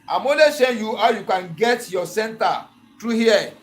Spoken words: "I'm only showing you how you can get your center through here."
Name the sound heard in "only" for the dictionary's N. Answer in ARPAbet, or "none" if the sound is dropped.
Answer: none